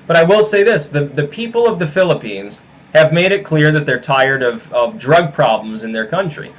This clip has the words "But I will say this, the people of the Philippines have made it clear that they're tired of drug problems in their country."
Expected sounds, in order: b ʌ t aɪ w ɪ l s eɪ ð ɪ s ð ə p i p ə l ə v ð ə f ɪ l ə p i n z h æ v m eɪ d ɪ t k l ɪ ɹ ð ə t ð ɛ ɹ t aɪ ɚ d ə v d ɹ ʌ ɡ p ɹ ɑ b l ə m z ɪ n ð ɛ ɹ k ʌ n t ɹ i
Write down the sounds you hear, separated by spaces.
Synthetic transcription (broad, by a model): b ʌ t aɪ w ɪ l s eɪ ð ɪ s ð ə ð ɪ p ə l ə v ð ə f ɪ l ə p i n z h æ v m eɪ d ɪ t k l ɪ ɹ ð ə t ð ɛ ɹ t aɪ ɚ d ə v d ɹ ʌ ɡ p ɹ ɑ b l ə m z ɪ n ð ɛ ɹ k ʌ n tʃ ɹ i